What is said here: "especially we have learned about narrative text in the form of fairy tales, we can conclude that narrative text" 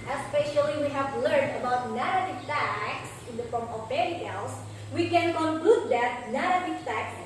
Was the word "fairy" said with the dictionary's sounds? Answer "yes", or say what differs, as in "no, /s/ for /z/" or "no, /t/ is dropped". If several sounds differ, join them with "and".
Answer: no, /p/ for /f/